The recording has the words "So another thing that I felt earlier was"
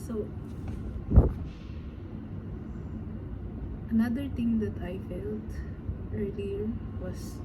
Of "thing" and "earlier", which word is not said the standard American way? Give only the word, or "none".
thing